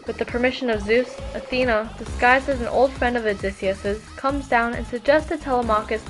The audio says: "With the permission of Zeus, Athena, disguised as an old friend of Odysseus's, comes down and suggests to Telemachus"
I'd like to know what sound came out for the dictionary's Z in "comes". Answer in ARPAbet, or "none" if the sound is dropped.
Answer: Z